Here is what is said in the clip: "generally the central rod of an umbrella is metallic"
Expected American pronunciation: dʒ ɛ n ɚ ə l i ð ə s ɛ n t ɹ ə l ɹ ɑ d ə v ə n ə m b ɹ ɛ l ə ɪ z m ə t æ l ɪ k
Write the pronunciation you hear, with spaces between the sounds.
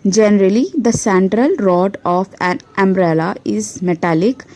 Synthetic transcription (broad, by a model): dʒ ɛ n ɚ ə l i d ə s ɛ n t ɹ ə l ɹ ɑ d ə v ə n ə m b ɹ ɛ l ə ɪ z m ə t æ l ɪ k